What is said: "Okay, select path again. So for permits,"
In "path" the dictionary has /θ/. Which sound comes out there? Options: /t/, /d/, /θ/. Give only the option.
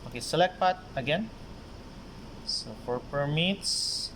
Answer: /t/